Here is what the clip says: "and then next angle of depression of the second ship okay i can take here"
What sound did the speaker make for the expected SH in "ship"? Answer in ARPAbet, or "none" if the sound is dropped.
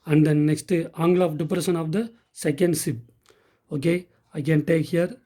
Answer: S